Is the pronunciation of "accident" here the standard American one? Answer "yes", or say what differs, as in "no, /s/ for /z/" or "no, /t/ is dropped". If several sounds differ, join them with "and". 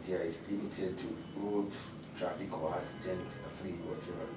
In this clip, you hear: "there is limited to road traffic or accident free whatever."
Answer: no, /k/ is dropped